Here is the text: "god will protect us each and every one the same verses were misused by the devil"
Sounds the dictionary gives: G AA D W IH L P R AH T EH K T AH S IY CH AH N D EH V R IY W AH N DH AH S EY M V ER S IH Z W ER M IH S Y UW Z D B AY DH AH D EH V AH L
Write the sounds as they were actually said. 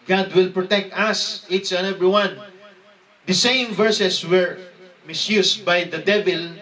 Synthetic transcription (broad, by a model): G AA D W IH L P R AH T EH K T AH S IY S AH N EH V R IY W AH N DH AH S EY M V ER S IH S W ER M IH S Y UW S B AY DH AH D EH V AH L